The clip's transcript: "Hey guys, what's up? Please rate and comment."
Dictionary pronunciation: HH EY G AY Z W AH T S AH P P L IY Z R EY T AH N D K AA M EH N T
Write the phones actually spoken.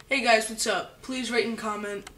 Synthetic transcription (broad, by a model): HH EY G AY Z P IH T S AH P P L IY Z R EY AH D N K AA M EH N T